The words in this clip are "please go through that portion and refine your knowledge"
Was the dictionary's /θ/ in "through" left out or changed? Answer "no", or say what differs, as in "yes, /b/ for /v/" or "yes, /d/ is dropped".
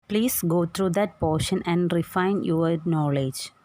yes, /t/ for /θ/